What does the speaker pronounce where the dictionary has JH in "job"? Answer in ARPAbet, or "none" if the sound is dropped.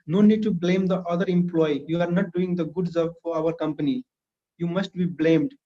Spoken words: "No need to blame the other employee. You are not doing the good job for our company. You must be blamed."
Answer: Z